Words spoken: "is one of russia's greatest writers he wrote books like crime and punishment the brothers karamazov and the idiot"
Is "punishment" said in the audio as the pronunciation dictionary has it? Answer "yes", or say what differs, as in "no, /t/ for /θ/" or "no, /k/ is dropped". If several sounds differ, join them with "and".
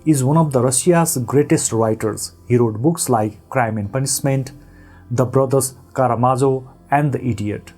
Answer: no, /s/ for /ʃ/